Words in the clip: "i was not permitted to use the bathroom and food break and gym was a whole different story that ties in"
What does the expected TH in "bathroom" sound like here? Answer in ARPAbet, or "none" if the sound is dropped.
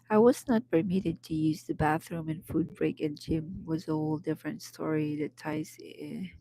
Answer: TH